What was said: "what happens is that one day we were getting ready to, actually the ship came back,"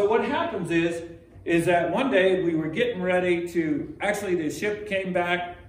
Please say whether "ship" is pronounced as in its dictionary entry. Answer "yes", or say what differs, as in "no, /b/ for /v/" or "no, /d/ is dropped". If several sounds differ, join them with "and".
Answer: yes